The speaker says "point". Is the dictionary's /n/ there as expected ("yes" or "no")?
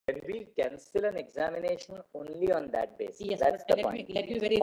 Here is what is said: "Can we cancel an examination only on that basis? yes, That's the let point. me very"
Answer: no